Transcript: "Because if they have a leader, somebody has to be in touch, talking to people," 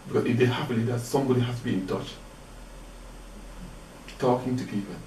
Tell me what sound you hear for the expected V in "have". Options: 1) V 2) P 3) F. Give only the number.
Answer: 2